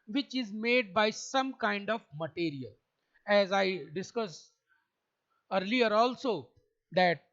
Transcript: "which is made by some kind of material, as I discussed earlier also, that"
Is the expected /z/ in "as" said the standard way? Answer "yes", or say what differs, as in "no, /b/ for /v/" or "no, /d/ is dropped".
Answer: yes